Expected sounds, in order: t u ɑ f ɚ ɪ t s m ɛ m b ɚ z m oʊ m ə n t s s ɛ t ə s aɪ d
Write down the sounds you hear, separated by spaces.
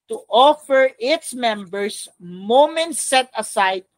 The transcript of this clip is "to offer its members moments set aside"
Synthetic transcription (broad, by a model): t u ɑ f ɚ ɪ t s m ɛ m b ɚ s m oʊ m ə n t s s ɛ t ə s aɪ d